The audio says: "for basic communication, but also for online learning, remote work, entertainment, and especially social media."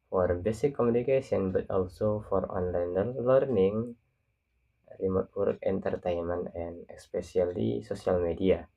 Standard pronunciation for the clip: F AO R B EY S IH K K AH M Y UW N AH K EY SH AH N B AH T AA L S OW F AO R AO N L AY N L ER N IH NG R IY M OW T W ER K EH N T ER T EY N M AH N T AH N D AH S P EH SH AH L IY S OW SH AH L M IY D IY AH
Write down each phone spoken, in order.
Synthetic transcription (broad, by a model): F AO R B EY S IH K K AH M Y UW N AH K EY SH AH N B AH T AA L S OW F AO R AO N L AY N L ER N IH NG R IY M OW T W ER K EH N T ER T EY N M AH N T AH N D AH S P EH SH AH L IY S OW S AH L M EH D IY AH